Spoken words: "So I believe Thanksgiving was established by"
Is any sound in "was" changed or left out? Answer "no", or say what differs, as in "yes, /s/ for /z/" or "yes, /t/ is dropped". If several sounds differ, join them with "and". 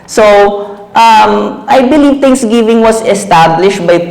yes, /s/ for /z/